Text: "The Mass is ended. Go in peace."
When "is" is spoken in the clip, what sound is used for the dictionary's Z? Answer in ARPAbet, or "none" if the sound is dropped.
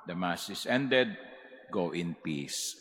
S